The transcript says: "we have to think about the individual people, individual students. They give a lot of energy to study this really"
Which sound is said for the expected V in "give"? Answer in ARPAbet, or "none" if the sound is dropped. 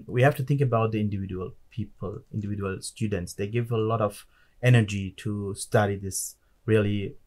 V